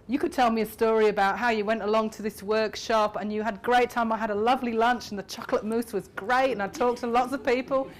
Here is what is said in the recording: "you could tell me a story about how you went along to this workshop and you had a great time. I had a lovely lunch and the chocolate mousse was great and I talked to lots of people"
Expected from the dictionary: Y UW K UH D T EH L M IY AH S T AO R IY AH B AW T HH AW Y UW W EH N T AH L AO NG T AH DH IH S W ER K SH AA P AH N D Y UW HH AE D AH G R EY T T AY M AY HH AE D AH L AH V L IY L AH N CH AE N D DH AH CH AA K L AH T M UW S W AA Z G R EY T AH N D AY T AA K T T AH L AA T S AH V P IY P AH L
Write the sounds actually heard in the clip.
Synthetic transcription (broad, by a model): Y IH K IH D T EH L M IY AH S T AO R IY AH B AW T HH AW Y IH W EH N T AH L AO NG T AH DH IH S W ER K SH AA P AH N Y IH D G R EY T T AY M AY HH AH D AH L AH V L IY L AH N CH N DH AH CH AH K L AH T M UW S W AA Z G R EY T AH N AY T AA K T T AH L AA T S AH V P IY P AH L